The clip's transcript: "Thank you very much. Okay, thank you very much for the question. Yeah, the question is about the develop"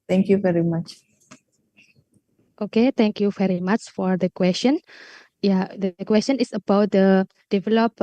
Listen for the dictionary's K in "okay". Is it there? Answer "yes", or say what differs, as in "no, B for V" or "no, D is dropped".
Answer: yes